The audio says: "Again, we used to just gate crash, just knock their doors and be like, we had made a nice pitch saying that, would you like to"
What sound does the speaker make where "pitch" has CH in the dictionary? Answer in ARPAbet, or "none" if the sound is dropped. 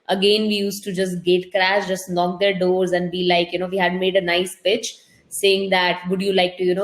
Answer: CH